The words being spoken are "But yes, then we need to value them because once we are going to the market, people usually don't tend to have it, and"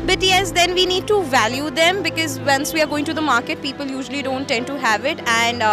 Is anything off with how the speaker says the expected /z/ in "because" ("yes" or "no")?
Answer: no